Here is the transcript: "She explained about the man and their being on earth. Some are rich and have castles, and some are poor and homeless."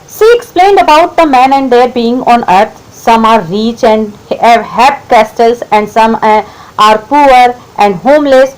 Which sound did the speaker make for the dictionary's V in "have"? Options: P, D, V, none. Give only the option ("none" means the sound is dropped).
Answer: P